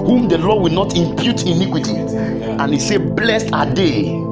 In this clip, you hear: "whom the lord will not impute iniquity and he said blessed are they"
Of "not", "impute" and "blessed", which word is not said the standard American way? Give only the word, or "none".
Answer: none